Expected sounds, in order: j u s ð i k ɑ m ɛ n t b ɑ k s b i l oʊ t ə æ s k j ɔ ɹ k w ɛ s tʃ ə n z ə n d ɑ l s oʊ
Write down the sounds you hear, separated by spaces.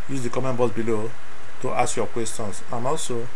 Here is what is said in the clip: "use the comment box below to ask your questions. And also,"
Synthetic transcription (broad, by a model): j u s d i k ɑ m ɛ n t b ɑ s b i l oʊ t ə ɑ s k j ɔ k w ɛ s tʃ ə n s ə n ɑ l s oʊ